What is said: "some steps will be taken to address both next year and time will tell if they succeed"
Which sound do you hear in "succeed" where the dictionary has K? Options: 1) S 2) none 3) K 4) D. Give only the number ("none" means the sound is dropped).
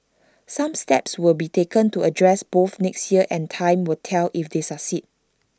2